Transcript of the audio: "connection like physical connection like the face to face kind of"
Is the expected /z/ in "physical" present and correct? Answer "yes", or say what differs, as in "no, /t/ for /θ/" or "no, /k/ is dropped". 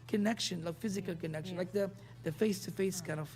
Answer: yes